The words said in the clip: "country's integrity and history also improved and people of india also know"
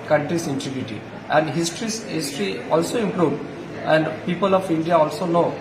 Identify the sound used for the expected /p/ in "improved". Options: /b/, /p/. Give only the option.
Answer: /p/